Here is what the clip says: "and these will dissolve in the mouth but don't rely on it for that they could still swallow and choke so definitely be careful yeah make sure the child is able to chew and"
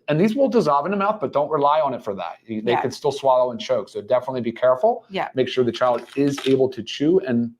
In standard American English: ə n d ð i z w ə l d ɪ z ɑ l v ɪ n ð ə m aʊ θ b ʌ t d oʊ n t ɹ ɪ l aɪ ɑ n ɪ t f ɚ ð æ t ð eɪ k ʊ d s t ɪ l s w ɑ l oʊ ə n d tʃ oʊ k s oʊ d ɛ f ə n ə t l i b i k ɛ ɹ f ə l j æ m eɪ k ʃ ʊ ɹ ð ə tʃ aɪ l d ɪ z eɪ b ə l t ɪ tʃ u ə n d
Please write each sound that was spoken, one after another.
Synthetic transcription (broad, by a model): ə n ð i z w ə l d ɪ z ɑ l v ɪ n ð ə m aʊ θ b ʌ t d oʊ n t ɹ ɪ l aɪ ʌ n ɪ t f ɚ ð æ t ð eɪ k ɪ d s t ɪ l s w ɑ l oʊ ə n tʃ oʊ k s oʊ d ɛ f ə n ə t l i b i k ɛ ɹ f l j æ m eɪ k ʃ ʊ ɹ ð ə tʃ aɪ l d ɪ z eɪ b l t ɪ tʃ u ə n